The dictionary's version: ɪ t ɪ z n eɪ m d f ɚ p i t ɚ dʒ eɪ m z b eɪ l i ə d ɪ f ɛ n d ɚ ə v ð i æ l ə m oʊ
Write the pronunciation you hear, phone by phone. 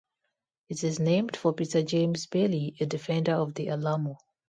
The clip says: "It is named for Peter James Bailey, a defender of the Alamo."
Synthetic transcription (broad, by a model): ɪ t ɪ z n eɪ m d f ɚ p i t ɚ dʒ eɪ m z b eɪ l i ə d ɪ f ɛ n d ɚ ə v ð i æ l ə m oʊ